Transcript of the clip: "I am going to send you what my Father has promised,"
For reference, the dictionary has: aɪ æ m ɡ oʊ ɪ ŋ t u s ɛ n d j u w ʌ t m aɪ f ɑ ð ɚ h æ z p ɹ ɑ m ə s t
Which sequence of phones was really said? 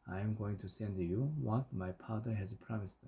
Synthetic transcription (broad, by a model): aɪ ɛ m ɡ oʊ ɪ ŋ t u s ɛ n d j u w ʌ t m aɪ p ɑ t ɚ h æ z p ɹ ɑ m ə s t